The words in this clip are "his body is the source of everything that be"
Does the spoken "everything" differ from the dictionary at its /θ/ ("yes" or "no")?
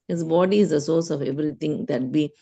yes